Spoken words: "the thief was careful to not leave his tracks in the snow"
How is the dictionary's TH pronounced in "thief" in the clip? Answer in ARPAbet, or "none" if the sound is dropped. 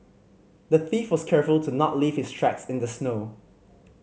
TH